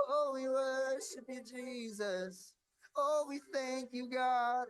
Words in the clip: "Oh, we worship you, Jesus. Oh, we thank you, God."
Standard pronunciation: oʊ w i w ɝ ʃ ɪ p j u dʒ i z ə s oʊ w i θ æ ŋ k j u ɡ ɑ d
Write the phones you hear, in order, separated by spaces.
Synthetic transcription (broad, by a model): oʊ w i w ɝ ʃ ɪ p j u dʒ i z ə s oʊ w i θ æ ŋ k j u ɡ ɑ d